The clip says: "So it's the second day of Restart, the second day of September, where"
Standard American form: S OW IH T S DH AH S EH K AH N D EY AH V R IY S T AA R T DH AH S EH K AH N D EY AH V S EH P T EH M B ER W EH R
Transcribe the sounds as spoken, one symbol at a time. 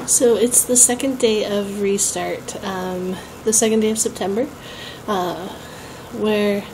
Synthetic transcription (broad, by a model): S OW IH T S DH AH S EH K AH N D EY AH V R IY S T AA R T DH AH S EH K AH N D EY AH V S EH P T EH M B ER W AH R